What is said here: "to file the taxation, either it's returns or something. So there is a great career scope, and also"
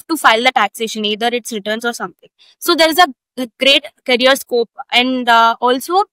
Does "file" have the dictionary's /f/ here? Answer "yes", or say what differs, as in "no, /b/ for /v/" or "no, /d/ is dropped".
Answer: yes